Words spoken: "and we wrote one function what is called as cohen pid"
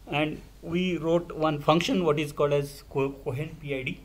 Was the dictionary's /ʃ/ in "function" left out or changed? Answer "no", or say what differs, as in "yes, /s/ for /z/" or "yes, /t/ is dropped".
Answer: no